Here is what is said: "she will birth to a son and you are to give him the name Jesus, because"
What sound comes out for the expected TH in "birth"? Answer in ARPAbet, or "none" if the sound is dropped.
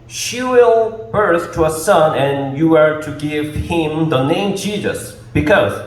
S